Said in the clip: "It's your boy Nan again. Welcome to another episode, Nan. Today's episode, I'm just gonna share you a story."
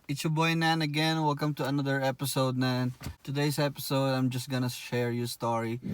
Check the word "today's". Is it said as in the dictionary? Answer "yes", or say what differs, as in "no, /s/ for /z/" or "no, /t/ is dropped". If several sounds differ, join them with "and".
no, /s/ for /z/